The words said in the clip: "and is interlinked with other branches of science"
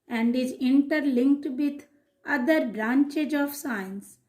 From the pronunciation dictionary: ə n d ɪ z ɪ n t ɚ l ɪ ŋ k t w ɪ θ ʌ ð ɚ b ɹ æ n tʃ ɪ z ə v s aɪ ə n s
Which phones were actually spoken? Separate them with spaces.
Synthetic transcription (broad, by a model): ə n d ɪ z ɪ n t ɚ l ɪ ŋ k t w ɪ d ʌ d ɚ b ɹ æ n tʃ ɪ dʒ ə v s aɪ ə n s